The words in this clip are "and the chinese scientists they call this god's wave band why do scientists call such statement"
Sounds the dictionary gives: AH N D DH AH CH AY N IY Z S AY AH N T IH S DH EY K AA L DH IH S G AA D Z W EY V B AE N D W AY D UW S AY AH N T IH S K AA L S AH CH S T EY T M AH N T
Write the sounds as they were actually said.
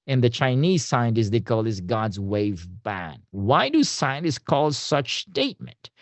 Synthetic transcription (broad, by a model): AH N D DH AH CH AY N IY Z S AY AH N T IH S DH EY K AA L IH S G AA D Z W EY V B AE N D W AY D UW S AY AH N T IH S K AA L S AH CH S T EY T M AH N T